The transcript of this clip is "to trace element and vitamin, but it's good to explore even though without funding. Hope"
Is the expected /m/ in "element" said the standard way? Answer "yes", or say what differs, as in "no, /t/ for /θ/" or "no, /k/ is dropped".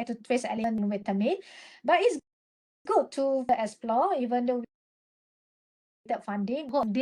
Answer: no, /m/ is dropped